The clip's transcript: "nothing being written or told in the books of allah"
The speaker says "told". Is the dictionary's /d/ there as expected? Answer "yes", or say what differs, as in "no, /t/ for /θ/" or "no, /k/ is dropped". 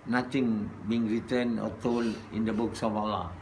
no, /d/ is dropped